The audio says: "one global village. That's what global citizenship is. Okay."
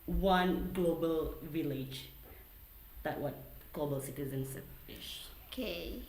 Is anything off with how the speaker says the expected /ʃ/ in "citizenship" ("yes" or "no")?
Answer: yes